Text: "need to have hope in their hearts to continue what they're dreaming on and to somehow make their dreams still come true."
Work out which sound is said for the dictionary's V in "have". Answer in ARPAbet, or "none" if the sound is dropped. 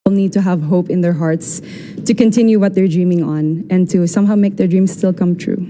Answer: V